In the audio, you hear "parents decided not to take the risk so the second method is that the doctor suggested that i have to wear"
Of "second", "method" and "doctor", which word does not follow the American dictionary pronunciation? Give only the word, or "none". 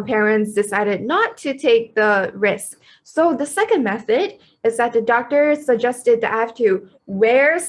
none